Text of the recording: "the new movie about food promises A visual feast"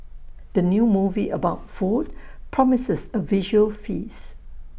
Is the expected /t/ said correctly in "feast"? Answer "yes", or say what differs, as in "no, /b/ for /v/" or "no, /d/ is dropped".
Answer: no, /t/ is dropped